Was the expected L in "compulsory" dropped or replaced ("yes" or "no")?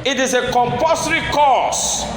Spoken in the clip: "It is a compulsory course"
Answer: yes